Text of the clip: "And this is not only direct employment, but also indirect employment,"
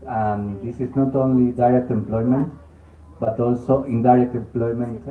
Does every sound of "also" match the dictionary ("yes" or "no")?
yes